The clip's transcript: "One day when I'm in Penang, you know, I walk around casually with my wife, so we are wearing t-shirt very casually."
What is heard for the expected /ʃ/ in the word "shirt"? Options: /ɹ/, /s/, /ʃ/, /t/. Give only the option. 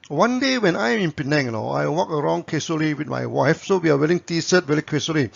/s/